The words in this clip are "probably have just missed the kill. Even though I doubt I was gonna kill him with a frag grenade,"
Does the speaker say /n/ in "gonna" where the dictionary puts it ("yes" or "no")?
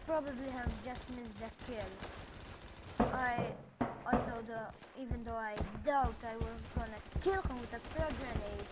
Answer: yes